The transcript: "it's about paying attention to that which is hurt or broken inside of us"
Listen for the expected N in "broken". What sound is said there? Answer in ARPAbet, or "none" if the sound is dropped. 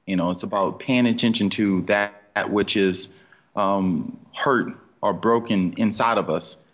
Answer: N